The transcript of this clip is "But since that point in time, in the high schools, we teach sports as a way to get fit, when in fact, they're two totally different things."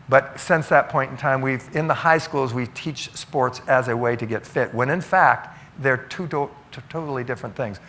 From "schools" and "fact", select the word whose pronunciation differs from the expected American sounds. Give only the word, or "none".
none